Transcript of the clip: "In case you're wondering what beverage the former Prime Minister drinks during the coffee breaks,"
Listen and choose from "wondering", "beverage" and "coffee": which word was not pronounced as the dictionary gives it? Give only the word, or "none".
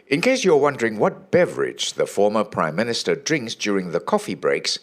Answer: none